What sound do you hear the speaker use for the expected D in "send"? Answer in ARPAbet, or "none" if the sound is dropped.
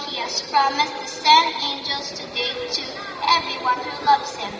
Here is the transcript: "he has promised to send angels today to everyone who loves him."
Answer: none